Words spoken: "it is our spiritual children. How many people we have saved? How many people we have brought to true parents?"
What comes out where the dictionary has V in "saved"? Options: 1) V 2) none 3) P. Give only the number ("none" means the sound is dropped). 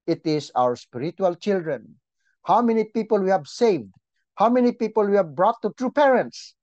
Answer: 1